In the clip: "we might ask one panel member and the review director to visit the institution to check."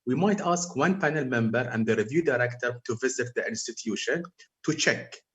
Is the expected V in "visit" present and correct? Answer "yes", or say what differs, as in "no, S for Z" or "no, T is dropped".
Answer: yes